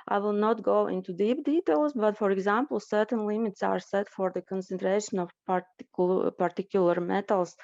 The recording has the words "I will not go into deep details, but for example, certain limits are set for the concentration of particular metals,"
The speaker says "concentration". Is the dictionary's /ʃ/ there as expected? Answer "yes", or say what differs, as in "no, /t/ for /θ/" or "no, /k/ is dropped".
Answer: yes